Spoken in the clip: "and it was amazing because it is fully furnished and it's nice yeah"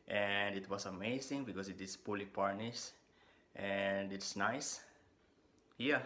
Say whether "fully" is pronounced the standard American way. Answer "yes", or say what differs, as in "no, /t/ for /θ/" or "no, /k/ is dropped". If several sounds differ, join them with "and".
no, /p/ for /f/